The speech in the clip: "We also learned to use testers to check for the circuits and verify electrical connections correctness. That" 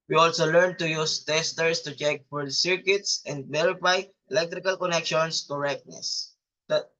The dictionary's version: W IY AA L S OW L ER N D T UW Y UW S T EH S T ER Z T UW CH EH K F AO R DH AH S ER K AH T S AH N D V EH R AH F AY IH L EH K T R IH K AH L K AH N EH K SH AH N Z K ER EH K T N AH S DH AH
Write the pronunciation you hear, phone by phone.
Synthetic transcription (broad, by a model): W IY AA L S OW L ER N T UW Y UW S T EH S T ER S T UW CH EH K F AO R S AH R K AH T S AH N D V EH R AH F AY IH L EH K T R IH K AH L K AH N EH K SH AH N S K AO EH K T N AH S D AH